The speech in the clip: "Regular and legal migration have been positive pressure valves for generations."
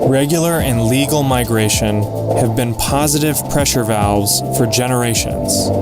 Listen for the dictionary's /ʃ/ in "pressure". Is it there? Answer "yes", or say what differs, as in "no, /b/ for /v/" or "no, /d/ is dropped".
yes